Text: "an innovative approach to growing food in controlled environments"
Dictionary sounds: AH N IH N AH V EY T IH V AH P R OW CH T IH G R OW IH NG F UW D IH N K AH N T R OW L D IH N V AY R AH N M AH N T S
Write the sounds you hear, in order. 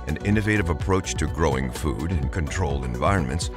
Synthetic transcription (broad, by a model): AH N IH N AH V EY T IH V AH P R OW CH T IH G R OW IH NG F UW D IH N K AH N T R OW L D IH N V AY R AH N M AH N T S